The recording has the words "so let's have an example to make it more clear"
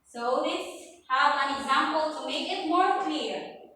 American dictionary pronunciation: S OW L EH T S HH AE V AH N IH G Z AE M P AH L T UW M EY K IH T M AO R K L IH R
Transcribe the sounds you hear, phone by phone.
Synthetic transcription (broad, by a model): S OW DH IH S HH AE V AH N IH G Z AE M P AH L T UW M EY K IH T M AO R K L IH R